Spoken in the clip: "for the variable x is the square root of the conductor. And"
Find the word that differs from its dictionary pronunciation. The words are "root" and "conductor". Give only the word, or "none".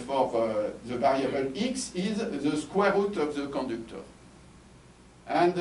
conductor